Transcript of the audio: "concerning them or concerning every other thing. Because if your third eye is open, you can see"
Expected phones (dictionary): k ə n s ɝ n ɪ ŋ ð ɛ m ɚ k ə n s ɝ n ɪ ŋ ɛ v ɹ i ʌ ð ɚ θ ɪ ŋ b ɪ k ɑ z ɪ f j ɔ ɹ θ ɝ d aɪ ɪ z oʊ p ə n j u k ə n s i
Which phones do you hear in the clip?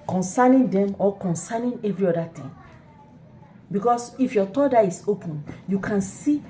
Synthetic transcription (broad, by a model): k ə n s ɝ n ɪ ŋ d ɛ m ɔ k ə n s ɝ n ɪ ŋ ɛ v ɹ i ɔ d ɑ t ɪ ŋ b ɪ k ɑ s ɪ f j ɔ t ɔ d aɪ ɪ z oʊ p ə n j u k ə n s i